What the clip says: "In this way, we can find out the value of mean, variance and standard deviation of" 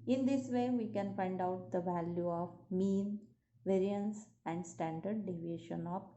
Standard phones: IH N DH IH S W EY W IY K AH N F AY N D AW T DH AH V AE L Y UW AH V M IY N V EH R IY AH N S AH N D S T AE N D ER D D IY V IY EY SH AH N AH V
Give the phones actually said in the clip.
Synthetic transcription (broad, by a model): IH N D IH S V EY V IY K AH N F AY N D AW T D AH V AE L Y UW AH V M IY N V EH R IY AH N S AH N D S T AE N D ER D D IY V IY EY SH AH N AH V